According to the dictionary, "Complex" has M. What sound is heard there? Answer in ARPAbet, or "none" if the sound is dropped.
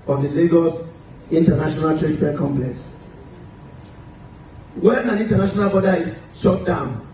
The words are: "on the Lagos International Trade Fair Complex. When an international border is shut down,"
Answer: M